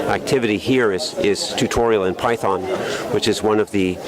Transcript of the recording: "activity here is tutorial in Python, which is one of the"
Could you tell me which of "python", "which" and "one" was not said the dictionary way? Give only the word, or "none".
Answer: none